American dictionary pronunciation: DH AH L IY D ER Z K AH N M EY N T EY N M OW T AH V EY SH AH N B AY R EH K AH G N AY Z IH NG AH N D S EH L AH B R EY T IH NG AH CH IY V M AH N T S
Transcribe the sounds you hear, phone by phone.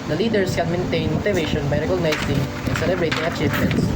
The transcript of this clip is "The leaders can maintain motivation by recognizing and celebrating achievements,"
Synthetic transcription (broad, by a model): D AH L IY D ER S K AH N M EY N T EY N M OW T AH V EY SH AH N B AY R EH K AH G N AY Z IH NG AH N S EH L AH B R EY T IH NG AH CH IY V M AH N T S